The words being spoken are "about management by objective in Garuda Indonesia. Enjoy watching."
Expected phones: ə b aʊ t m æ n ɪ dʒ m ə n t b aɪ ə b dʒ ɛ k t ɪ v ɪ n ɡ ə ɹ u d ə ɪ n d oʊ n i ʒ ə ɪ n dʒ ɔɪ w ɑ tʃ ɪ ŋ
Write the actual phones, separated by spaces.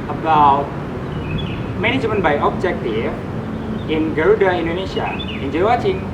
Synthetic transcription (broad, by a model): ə b aʊ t m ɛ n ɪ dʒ m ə n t b aɪ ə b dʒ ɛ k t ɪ ɪ n ɡ ə ɹ u d ə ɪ n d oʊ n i ʃ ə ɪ n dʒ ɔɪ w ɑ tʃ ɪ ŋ